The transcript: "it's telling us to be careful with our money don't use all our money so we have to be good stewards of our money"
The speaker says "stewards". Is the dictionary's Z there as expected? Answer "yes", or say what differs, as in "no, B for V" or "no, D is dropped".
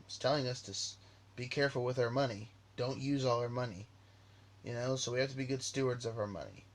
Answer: yes